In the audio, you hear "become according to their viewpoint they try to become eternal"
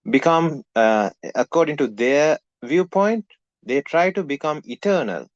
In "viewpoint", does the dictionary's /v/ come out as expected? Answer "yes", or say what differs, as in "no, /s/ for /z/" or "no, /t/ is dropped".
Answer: yes